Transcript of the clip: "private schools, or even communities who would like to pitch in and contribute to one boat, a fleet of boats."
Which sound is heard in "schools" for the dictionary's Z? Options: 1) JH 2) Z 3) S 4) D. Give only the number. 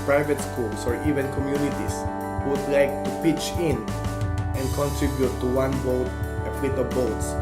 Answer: 3